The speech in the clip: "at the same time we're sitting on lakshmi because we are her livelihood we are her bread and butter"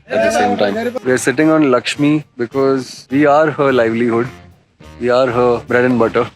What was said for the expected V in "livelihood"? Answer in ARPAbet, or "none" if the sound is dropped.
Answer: V